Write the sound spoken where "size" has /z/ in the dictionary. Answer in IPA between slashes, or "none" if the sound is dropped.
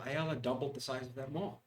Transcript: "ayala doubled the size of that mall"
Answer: /z/